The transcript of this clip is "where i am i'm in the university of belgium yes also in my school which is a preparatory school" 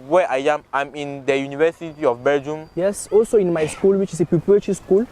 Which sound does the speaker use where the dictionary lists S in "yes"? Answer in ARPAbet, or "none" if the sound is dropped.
S